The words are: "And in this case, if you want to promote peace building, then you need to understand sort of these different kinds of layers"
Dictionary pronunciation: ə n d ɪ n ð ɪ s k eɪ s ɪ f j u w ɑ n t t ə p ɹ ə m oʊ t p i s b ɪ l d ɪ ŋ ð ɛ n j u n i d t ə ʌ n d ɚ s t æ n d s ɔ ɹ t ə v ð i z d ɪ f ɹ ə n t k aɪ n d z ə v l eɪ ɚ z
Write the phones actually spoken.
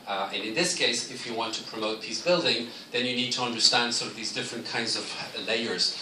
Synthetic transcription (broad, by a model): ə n ɪ n ð ɪ s k eɪ s ɪ f j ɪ w ɑ n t t ə p ɹ ə m oʊ t p i s b ɪ l d ɪ ŋ ð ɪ n j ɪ n i d t ə ʌ n d ɚ s t æ n d s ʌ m ə v ð i z d ɪ f ɹ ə n k aɪ n d z ə v l eɪ ɚ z